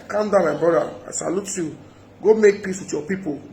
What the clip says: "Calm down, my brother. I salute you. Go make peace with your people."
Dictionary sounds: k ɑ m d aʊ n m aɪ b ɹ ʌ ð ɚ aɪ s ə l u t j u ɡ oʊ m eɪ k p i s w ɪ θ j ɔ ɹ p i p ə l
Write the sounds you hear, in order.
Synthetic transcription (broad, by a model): k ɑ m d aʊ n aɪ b ɔ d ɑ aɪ s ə l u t j u ɡ oʊ m eɪ k p i s w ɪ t j ɔ p i p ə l